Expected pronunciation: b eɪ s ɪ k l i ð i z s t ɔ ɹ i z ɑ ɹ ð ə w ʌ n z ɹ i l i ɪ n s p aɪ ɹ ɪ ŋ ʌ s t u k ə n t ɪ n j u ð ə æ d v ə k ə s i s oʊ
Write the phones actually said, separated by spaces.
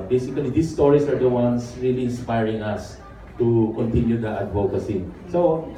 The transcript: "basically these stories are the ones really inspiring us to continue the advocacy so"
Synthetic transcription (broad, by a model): b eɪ s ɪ k l i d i s t ɔ ɹ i s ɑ ɹ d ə w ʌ n s ɹ i l i ɪ n s p aɪ ɹ ɪ ŋ ʌ s t u k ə n t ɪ n j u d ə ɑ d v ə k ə s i s oʊ